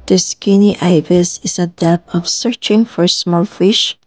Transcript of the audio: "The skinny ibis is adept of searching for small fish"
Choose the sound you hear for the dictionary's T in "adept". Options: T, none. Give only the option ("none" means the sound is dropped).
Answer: none